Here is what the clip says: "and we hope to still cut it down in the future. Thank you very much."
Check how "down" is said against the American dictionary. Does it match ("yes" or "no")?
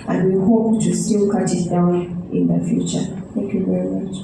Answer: no